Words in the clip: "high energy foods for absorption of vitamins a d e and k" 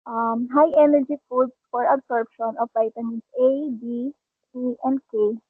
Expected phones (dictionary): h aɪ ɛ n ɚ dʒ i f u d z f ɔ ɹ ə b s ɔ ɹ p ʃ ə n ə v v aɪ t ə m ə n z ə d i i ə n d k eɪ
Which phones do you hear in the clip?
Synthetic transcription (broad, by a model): h aɪ ɛ n ɚ dʒ i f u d s f ɔ ɹ ə b s ɔ ɹ p ʃ ə n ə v p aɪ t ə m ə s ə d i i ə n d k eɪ